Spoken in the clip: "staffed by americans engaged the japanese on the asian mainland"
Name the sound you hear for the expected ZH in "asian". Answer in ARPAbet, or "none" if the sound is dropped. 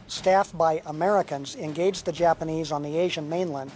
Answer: ZH